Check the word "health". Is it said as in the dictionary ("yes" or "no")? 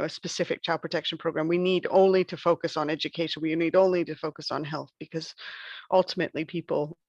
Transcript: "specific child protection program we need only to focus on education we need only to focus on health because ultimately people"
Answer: yes